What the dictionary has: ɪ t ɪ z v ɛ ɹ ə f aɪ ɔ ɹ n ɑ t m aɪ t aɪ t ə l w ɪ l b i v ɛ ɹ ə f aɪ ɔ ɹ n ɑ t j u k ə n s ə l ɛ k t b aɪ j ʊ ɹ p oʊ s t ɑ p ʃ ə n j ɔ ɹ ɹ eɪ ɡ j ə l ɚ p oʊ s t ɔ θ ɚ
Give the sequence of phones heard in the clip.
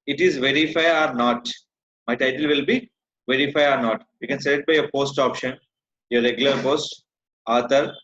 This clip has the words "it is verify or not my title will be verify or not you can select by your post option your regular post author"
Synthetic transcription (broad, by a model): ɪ t ɪ z v ɛ ɹ ə f aɪ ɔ ɹ n ɑ t m aɪ t aɪ t ə l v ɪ l b i v ɛ ɹ ə f aɪ ɔ ɹ n ɑ t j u k ə n s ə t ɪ t b aɪ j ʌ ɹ p oʊ s t ɑ p ʃ ə n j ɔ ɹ ɹ eɪ ɡ j ə l ɚ p oʊ s t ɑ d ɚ